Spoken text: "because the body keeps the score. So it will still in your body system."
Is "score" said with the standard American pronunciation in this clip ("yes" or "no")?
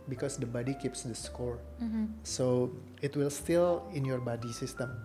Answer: yes